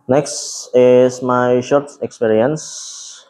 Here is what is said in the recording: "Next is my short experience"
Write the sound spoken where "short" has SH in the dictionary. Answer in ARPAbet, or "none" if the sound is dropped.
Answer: SH